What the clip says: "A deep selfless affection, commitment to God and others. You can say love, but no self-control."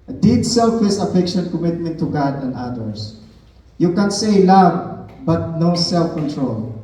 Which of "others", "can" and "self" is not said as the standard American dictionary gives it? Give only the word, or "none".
others